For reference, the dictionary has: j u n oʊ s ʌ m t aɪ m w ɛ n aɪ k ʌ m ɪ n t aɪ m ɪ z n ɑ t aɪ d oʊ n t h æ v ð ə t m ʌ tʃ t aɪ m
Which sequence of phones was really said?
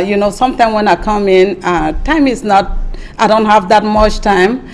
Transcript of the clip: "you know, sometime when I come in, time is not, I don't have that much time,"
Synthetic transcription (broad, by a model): j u n oʊ s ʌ m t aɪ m w ɛ n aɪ k ʌ m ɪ n t aɪ m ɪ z n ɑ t aɪ d oʊ n t h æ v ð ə t m ʌ tʃ t aɪ m